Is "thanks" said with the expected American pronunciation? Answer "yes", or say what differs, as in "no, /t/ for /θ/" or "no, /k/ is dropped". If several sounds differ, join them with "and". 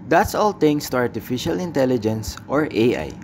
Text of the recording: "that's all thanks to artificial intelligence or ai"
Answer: no, /k/ is dropped